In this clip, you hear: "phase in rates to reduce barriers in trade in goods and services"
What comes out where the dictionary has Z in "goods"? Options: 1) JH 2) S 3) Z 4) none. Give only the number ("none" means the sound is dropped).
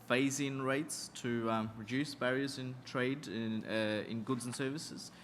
3